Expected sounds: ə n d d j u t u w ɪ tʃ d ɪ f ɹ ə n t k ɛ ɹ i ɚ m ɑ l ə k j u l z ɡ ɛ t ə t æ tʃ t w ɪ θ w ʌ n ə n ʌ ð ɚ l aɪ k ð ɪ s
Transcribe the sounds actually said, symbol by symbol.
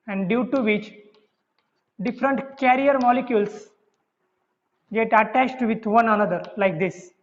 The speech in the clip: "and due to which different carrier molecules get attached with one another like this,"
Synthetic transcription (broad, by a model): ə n d d j u t u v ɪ tʃ d ɪ f ɹ ə n t k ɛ ɹ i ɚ m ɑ l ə k j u l s ɡ ɛ t ə t æ tʃ t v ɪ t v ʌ n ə n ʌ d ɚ l aɪ k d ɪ s